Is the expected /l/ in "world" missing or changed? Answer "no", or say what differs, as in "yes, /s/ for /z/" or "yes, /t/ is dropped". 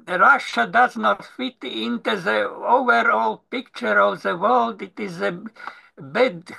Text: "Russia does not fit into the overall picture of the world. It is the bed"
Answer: no